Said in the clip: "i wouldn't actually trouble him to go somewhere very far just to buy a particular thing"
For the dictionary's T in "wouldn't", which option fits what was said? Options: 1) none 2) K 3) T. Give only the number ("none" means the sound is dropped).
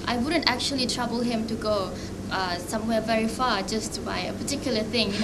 3